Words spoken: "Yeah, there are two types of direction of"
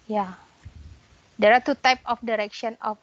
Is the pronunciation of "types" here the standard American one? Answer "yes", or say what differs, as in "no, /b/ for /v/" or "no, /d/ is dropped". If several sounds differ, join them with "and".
no, /s/ is dropped